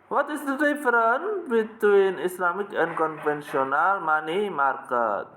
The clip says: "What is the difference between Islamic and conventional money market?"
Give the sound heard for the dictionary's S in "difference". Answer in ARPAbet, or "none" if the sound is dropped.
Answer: none